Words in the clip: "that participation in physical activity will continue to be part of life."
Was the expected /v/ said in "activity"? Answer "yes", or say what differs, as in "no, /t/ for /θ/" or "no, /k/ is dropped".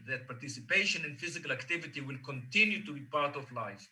yes